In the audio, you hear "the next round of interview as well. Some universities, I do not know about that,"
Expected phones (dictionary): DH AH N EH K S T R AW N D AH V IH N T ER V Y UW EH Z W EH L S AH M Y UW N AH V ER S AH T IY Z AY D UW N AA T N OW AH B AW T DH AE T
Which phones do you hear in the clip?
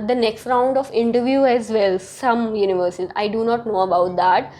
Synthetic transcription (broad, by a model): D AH N EH K S T R AW N D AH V IH N T ER V Y UW EH Z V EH L S AH M Y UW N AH V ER S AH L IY IH D UW N AA T N OW AH B AW T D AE T